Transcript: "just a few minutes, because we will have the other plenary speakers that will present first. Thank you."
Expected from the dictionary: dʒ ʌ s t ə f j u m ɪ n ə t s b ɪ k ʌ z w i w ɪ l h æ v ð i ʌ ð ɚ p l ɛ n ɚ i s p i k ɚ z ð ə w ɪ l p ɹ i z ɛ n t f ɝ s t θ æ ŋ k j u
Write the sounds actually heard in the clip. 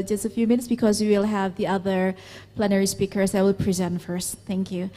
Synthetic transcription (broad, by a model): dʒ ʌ s t ə f j u m ɪ n ə t s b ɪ k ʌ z w i w ɪ l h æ v ð i ʌ ð ɚ p l ɛ n ɚ i s p i k ɚ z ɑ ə w ɪ l p ɹ i z ɛ n t f ɝ s t θ æ ŋ k j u